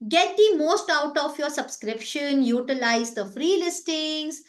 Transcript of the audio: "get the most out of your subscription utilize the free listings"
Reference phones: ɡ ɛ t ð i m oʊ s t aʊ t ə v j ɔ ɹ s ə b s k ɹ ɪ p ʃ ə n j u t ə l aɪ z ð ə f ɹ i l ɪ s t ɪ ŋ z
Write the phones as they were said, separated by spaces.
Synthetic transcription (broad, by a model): ɡ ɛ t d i m oʊ s t aʊ t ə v j ɔ ɹ s ə b s k ɹ ɪ p ʃ ə n j u t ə l aɪ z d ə f ɹ i l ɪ s t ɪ ŋ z